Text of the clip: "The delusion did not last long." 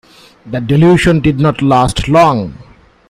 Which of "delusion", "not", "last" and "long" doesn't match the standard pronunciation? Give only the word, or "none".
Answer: delusion